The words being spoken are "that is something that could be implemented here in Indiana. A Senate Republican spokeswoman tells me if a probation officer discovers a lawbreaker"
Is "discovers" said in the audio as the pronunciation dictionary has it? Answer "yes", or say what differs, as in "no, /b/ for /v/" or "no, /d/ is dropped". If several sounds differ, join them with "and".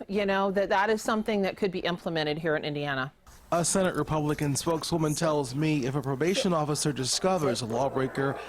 yes